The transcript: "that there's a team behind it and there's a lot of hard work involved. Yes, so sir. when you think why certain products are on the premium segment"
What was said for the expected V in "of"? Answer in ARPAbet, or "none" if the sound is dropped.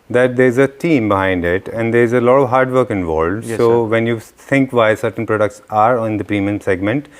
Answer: V